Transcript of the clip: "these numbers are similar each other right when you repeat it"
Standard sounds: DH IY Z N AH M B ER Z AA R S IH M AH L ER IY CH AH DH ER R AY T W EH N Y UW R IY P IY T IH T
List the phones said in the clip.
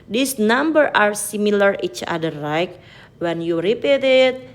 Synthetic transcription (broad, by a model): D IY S N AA M B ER AA R S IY M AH L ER IY CH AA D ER L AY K W EH N Y UW R IY P IY T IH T